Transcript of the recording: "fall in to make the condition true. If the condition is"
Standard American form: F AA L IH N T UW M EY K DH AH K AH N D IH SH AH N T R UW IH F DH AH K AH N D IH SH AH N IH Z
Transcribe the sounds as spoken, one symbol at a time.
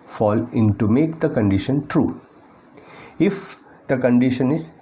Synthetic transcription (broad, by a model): F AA L IH N T UW M EY K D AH K AH N D IH SH AH N T R UW IH F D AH K AH N D IH SH AH N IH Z